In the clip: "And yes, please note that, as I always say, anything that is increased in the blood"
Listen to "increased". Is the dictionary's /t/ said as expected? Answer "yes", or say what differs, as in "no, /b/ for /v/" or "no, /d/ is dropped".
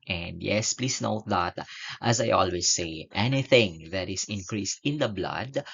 yes